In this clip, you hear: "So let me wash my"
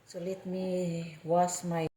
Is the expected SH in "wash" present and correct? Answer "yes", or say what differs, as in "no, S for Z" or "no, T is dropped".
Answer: no, S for SH